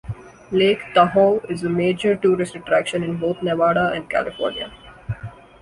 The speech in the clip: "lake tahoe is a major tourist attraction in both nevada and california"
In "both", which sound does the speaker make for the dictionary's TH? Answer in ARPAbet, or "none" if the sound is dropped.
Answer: T